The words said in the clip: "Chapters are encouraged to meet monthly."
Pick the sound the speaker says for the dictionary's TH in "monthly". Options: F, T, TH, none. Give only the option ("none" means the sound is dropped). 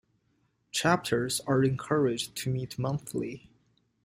TH